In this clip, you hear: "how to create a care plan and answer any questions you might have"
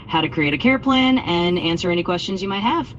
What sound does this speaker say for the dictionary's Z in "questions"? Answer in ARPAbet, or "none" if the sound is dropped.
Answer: Z